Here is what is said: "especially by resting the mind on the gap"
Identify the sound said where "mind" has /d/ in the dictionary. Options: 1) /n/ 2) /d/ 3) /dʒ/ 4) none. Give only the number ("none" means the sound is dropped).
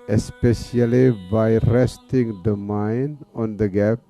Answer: 4